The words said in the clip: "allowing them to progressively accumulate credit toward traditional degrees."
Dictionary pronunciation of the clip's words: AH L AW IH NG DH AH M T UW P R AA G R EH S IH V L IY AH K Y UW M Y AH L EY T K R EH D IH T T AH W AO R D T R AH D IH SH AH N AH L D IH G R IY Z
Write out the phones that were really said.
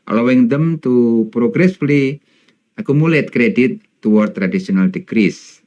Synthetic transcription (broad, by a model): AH L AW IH NG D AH M T UW P R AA G R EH S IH L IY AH K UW M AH L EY T K R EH D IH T T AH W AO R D T R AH D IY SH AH N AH L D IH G R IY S